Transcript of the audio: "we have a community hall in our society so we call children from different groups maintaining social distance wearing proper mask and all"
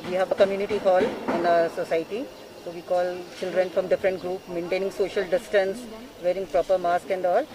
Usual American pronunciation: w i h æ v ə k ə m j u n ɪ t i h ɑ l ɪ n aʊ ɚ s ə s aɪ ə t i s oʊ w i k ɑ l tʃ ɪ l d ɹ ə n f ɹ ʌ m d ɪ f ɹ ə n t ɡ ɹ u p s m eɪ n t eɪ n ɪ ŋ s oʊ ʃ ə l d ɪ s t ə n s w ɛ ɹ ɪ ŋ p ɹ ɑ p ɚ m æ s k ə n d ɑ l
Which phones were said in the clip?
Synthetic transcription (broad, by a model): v i h æ v ə k ə m j u n ɪ t i h ɑ l ɪ n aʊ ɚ s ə s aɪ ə t i s oʊ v i k ɑ l tʃ ɪ l d ɹ ə n f ɹ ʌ m d ɪ f ɹ ə n t ɡ ɹ u p m eɪ n t eɪ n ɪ ŋ s oʊ ʃ ə l d ɪ s t ə n s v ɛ ɹ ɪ ŋ p ɹ ɑ p ɚ m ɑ s k ə n d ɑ l